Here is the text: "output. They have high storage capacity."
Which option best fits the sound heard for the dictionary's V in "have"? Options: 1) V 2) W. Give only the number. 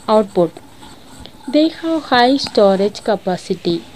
2